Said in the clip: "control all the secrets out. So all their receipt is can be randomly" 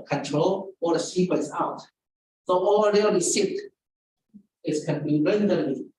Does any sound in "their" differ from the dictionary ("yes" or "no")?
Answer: yes